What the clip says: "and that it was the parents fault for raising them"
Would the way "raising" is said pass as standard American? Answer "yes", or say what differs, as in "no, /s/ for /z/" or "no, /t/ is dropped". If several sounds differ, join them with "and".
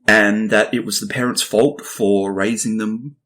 yes